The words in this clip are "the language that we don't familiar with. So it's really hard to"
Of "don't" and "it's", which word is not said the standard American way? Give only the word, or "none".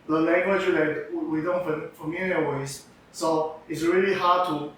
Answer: none